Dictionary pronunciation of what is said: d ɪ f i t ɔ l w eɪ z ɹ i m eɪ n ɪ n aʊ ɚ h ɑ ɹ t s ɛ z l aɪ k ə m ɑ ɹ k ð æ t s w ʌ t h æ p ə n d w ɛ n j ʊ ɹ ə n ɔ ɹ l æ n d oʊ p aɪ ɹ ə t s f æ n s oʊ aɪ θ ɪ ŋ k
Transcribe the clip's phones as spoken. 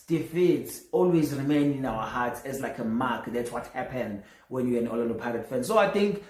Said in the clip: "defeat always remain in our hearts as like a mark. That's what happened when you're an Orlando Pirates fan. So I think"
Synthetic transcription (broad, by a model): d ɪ f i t ɔ l w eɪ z ɹ i m eɪ n ɪ n aʊ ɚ h ɑ t s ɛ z l aɪ k ə m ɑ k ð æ t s w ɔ t h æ p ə n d w ɛ n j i ə n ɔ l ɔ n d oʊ p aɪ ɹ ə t f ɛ n s oʊ aɪ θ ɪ ŋ k